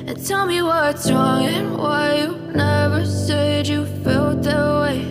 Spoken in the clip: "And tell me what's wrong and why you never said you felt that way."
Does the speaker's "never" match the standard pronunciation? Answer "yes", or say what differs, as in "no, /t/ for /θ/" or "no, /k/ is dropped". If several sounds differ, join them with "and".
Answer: yes